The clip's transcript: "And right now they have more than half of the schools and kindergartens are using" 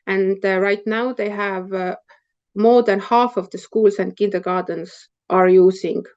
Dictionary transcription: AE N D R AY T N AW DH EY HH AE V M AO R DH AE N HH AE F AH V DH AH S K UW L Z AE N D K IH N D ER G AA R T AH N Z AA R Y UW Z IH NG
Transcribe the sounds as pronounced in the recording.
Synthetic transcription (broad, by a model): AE N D R AY T N AW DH EY HH AE V M AO R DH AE N HH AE F AH V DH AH S K UW L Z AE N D K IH N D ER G AA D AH N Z AA R Y UW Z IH NG